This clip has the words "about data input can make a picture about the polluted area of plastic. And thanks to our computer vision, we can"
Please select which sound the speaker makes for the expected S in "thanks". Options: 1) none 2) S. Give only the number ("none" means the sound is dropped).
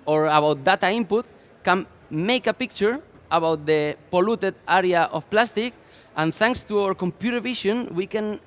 2